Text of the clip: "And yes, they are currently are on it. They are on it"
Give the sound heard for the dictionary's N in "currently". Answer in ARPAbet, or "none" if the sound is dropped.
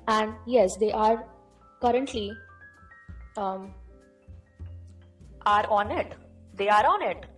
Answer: N